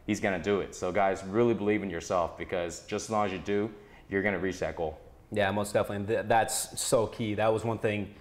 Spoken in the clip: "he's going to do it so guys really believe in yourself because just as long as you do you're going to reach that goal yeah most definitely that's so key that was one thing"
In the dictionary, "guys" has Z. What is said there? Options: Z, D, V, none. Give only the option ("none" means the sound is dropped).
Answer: Z